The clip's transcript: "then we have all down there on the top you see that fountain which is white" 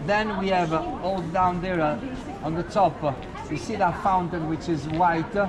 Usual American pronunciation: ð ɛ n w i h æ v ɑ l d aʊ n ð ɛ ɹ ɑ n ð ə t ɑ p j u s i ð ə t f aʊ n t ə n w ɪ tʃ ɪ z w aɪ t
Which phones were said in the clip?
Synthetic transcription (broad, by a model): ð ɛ n w i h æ v ɑ l d aʊ n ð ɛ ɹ ɑ n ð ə t ɑ p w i s i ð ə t f aʊ n t ə n w ɪ tʃ ɪ z w aɪ t